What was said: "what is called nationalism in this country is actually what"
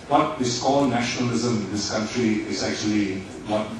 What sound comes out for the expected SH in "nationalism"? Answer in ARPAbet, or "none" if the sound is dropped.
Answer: SH